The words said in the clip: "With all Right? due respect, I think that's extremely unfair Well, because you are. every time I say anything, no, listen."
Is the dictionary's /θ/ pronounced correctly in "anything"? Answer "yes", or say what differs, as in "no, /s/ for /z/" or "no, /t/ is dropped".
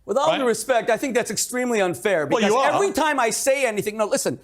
yes